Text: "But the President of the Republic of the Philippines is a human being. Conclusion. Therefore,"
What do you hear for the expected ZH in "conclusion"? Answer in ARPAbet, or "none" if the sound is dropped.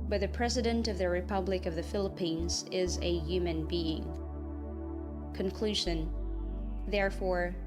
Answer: ZH